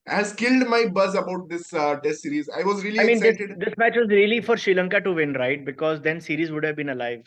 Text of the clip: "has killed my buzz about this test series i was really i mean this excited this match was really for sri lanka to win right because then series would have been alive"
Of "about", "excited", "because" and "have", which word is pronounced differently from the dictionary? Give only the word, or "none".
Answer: excited